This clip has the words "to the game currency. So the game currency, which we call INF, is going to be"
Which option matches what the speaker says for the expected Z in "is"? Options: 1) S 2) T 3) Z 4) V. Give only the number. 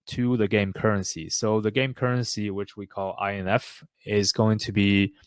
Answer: 3